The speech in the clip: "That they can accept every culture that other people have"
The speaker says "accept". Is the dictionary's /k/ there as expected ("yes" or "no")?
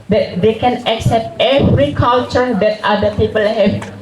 yes